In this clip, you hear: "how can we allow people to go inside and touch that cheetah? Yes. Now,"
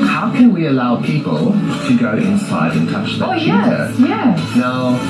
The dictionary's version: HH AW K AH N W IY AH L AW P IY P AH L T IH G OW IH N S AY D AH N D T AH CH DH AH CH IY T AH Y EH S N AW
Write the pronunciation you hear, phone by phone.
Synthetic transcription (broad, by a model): HH AW K AH N W IY AH L AW P IY P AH L T IH G OW IH N S AY D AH N T AH CH DH AH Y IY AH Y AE N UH